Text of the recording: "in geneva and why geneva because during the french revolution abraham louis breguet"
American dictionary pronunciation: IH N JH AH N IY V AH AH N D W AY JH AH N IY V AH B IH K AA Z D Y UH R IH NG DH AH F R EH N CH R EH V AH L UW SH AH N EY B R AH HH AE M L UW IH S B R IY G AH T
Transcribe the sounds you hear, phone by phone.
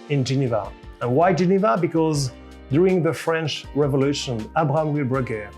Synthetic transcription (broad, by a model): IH N JH AH N IY V AH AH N W AY JH AH N IY V AH B IH K AA Z D Y UH R IH NG DH AH F R EH N CH R EH V AH L UW SH AH N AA B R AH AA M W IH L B R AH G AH